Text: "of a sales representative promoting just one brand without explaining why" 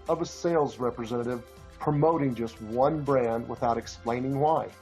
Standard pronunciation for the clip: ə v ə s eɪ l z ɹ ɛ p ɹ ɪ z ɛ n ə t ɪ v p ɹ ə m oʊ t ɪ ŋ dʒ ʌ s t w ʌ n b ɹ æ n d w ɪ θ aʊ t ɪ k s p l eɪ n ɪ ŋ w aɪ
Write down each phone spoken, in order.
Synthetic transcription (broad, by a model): ə v ə s eɪ l z ɹ ɛ p ɹ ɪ z ɛ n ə t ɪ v p ɹ ə m oʊ t ɪ ŋ dʒ ʌ s t w ʌ n b ɹ æ n d w ɪ θ aʊ t ɪ k s p l eɪ n ɪ ŋ w aɪ